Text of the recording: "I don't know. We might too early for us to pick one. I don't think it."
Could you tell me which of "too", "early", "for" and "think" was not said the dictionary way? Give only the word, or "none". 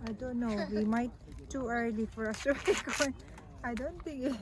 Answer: think